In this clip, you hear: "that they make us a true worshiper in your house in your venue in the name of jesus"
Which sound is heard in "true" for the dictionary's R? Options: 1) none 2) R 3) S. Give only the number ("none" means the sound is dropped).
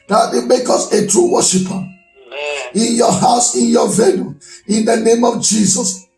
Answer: 2